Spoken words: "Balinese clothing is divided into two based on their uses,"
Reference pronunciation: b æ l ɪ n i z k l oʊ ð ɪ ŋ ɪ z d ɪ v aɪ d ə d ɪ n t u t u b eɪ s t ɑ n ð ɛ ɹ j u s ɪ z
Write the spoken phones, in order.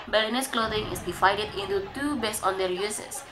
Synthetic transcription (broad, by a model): b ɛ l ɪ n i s k l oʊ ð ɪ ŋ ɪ s d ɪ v aɪ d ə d ɪ n t u t u b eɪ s ɑ n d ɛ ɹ j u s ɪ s